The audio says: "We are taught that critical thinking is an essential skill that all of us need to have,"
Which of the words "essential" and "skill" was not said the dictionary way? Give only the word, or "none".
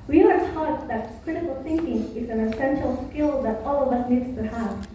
none